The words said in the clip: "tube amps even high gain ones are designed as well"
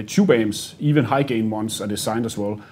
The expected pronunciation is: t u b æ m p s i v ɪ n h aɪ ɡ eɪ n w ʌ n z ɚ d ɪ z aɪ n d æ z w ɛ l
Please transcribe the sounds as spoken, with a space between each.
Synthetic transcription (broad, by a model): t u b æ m s i v ɪ n h aɪ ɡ eɪ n w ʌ n s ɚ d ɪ s aɪ n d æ s w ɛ l